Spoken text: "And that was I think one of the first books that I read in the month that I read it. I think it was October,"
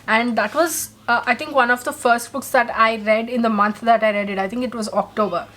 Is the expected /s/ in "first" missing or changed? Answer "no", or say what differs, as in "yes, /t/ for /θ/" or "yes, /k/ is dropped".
no